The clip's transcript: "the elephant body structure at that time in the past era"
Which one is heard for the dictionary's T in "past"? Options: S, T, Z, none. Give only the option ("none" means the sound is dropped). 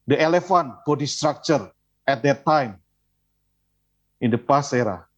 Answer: none